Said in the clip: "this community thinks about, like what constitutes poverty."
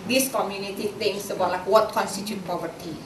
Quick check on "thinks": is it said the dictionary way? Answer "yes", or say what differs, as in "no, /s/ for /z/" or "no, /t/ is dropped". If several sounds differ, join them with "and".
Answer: no, /k/ is dropped